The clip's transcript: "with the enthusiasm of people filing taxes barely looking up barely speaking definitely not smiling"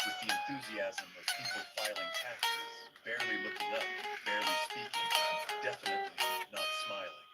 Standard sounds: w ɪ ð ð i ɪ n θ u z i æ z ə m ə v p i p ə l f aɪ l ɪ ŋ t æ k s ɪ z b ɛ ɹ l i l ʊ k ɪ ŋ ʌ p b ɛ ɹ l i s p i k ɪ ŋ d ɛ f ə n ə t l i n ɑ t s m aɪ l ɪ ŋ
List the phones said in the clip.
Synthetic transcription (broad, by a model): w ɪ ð ð i ɪ n θ u z i æ z ə m ə v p i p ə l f aɪ l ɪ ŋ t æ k ɪ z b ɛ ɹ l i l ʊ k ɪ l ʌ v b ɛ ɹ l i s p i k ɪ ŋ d ɛ f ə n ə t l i n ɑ t s m aɪ l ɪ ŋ